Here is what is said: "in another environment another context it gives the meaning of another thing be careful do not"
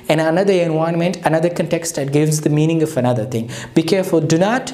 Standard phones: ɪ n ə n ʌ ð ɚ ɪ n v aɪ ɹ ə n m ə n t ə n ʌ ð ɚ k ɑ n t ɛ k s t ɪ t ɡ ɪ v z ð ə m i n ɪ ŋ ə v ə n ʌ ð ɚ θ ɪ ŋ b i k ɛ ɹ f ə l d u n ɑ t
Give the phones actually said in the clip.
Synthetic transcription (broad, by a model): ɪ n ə n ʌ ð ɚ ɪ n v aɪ ə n m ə n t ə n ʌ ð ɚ k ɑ n t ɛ k s t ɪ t ɡ ɪ v z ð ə m i n ɪ ŋ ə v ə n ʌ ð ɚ t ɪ ŋ b i k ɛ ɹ f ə l d u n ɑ t